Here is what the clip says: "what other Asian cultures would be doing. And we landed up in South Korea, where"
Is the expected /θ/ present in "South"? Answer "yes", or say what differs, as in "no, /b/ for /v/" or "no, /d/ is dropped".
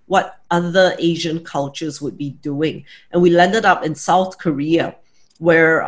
yes